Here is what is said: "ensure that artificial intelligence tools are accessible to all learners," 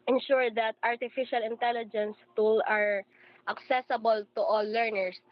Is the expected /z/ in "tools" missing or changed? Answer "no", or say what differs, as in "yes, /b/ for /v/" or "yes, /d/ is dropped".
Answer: yes, /z/ is dropped